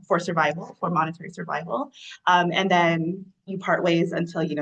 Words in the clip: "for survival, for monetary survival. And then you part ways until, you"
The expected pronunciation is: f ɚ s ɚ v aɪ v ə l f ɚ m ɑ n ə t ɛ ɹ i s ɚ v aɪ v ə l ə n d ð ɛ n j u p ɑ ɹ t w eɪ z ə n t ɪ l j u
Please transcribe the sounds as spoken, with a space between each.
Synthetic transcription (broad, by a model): f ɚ s ɚ v aɪ v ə l f ɚ m ɑ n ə t ɛ ɹ i s ɚ v aɪ v ə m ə n ð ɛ n j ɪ p ɑ ɹ t w eɪ z ə n t ɪ l j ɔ